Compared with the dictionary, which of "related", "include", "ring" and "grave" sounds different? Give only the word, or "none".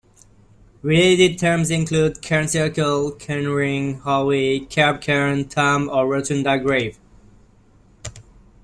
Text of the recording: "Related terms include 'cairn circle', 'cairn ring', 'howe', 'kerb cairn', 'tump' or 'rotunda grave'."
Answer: none